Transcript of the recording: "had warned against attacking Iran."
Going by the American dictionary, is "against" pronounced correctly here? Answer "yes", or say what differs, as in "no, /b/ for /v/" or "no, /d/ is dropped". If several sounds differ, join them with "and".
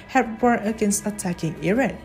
no, /t/ is dropped